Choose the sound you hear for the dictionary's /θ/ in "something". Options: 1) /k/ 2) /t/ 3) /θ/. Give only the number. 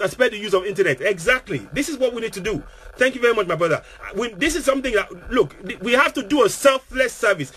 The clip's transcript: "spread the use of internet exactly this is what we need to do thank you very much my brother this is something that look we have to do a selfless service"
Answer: 3